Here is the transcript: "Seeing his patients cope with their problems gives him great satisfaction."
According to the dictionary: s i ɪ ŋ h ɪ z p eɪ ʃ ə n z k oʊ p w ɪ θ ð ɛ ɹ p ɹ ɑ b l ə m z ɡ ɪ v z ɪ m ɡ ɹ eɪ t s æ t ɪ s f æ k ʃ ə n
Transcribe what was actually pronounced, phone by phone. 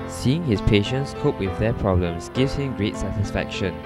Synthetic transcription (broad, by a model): s i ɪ ŋ h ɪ s p eɪ ʃ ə n s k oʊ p w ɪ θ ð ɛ p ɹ ɑ b l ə m s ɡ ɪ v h ɪ m ɡ ɹ eɪ t s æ t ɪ s f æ k ʃ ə n